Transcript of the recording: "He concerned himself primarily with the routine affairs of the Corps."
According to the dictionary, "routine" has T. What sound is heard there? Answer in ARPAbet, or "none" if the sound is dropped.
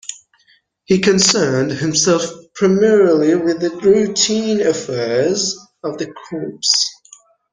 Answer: T